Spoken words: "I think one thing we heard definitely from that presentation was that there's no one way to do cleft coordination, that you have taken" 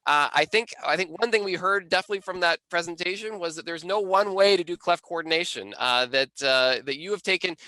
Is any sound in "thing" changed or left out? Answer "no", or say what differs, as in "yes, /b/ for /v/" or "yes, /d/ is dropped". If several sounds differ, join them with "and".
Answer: no